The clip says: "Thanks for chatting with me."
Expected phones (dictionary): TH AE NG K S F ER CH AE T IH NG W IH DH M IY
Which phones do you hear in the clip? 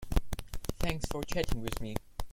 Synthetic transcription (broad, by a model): TH AE NG K S F ER CH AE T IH NG W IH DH M IY